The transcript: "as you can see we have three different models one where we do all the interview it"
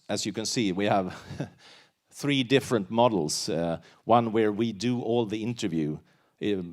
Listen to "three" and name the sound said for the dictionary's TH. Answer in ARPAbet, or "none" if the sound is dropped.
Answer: TH